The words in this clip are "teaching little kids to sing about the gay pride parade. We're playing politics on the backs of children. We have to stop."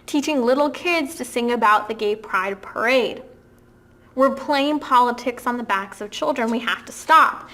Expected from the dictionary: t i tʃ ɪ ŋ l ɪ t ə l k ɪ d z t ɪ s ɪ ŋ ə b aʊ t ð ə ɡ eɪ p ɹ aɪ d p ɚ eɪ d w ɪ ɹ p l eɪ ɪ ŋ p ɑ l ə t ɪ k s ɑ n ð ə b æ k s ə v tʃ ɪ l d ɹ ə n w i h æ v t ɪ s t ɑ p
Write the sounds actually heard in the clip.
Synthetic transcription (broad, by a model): t i tʃ ɪ ŋ l ɪ t l k ɪ d z t ɪ s ɪ ŋ ə b aʊ t ð ə ɡ eɪ p ɹ aɪ d p ɚ eɪ d w ɪ ɹ p l eɪ ɪ ŋ p ɑ l ə t ɪ k s n ð ə b æ k s ə v tʃ ɪ l d ɹ ə n w i h æ f t ɪ s t ɑ p